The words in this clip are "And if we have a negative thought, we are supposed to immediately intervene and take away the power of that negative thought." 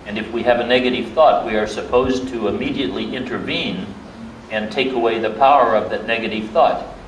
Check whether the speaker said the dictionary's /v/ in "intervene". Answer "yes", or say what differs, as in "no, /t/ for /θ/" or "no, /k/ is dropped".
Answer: yes